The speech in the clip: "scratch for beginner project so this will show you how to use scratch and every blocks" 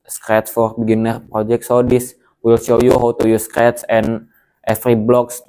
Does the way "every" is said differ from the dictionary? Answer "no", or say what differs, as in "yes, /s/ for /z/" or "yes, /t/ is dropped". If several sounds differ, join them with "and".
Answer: yes, /f/ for /v/